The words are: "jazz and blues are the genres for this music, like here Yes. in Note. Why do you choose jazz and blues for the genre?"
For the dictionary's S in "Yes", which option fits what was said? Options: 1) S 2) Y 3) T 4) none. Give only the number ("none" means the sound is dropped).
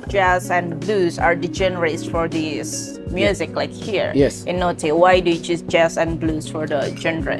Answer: 4